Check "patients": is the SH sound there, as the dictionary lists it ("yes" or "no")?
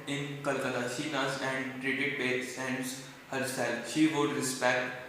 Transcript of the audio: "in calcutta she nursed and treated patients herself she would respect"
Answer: no